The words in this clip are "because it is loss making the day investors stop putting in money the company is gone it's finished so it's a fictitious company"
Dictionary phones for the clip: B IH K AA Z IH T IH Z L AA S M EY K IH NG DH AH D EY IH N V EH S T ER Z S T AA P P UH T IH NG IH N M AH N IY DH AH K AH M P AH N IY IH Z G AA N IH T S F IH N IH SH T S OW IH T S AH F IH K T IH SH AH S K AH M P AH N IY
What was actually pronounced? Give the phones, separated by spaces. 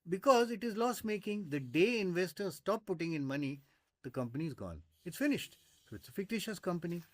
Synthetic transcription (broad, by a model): B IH K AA Z IH T IH Z L AA S M EY K IH NG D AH D EY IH N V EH S T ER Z S T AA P P UH T IH NG IH N M AH N IY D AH K AH M P AH N IY IH Z G AA N IH T S F IH N IH SH T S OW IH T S AH F IH K T IH SH AH S K AH M P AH N IY